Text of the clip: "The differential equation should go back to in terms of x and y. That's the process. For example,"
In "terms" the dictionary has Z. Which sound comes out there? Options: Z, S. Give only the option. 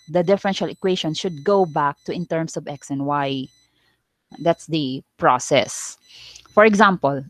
S